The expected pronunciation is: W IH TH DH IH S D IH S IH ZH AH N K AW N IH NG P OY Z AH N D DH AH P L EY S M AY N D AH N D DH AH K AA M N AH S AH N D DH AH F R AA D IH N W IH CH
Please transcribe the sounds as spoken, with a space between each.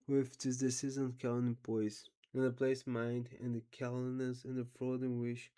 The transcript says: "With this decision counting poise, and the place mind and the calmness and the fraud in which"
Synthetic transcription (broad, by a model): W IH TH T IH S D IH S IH Z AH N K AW L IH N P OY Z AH N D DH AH P L EY S M AY N D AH N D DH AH K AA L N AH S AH N DH AH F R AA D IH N W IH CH